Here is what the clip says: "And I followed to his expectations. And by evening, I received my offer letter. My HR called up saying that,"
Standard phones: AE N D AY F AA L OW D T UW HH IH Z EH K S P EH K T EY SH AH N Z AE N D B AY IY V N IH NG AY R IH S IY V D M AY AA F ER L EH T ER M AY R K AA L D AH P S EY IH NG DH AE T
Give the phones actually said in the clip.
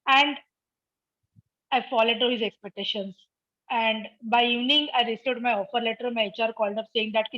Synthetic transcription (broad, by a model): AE N D AY F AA L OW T T UW HH IH Z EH K S P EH K T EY SH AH N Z AE N D B AY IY V N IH NG AY R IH S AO D M AY AA F ER L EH T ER M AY R K AA L D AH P S EY IH NG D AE T